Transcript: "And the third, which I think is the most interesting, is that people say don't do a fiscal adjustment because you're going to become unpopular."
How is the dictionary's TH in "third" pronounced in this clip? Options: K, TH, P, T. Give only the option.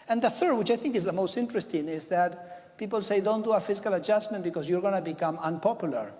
TH